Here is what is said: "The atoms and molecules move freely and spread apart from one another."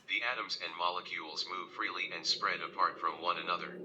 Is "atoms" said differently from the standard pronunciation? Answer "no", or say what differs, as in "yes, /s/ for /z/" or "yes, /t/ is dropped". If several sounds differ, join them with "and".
no